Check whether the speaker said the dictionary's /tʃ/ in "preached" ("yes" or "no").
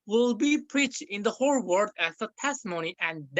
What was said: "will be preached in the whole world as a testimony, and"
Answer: yes